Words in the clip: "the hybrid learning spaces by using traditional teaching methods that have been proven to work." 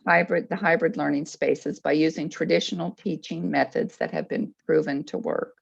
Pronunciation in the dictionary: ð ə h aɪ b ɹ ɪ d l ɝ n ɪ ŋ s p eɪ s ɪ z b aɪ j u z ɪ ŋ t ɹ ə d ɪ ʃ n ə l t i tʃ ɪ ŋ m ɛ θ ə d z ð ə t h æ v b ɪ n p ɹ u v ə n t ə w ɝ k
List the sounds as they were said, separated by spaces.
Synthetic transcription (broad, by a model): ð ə h aɪ b ɹ ɪ d l ɝ n ɪ ŋ s p eɪ s ɪ z b aɪ j u z ɪ ŋ t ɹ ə d ɪ ʃ n l t i tʃ ɪ ŋ m ɛ θ ə d z ð ə t h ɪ v b ɪ n p ɹ u v ə n t ə w ɝ k